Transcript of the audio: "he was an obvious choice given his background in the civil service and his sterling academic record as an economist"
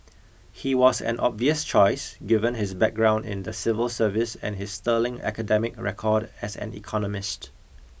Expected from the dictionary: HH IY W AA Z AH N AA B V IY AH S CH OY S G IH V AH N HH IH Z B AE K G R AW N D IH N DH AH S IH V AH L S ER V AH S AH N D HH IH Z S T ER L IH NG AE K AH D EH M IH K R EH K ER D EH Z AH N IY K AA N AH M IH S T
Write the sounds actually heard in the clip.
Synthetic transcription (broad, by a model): HH IY W AA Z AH N AA B V IY AH S CH OY S G IH V AH N HH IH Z B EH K G R AW N D IH N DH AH S IH V AH L S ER V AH S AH N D HH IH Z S T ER L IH NG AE K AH D EH M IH K R EH K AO D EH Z AH N IY K AA N AH M IH S T